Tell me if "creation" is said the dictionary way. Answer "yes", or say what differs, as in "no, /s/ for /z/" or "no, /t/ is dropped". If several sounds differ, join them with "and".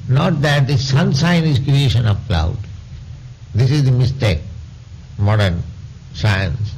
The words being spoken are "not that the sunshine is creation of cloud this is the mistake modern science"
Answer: yes